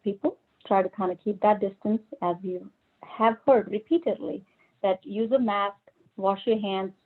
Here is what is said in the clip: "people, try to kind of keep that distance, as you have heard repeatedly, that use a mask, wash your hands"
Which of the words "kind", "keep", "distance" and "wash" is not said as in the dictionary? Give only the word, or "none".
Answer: none